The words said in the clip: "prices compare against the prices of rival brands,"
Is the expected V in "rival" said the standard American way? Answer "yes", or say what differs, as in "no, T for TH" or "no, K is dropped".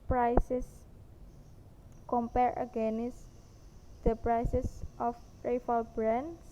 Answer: no, F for V